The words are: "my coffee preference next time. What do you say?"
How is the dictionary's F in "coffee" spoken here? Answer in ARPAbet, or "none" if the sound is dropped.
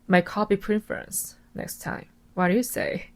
P